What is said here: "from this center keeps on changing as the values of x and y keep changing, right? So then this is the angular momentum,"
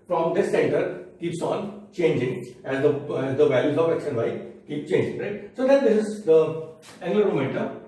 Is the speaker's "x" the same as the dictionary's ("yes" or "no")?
no